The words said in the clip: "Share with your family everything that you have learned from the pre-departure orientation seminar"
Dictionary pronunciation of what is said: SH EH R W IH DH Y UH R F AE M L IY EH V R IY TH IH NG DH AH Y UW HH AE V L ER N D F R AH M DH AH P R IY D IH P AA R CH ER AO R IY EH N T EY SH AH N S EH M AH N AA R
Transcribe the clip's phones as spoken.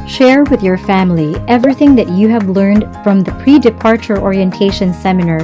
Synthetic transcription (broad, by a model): SH EH R W IH DH Y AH R F AE M L IY EH V R IY TH IH NG DH AH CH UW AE V L ER N D F R AH M DH AH P R IY D IH P AA R CH ER AO R IY EH N T EY SH AH N S EH M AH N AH R